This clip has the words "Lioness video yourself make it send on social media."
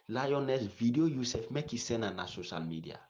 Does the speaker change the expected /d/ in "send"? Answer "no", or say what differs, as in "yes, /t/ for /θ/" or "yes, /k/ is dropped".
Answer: yes, /d/ is dropped